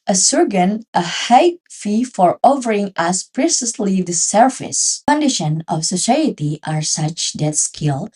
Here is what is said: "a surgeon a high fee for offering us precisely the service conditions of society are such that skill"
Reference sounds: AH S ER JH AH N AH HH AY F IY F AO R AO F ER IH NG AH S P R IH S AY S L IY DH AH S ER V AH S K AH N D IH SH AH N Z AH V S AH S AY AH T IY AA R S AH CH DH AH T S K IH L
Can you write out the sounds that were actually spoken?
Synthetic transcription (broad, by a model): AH S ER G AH N AH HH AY F IY F AO R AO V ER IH NG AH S P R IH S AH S L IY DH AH S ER F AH S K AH N D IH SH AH N AH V S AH S AY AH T IY AA R S AH CH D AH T S K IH L